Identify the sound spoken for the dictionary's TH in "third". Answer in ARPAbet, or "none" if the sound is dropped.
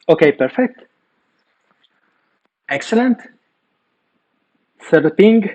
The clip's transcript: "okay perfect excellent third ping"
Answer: S